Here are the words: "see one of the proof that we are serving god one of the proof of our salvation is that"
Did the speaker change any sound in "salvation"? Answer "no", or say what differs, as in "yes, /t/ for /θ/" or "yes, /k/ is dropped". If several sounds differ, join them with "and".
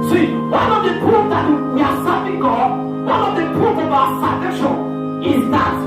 yes, /n/ is dropped